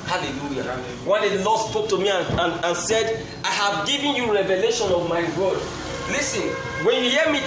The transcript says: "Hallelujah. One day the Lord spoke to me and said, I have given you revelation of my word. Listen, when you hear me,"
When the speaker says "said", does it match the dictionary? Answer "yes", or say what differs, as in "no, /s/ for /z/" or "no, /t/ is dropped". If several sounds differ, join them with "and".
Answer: yes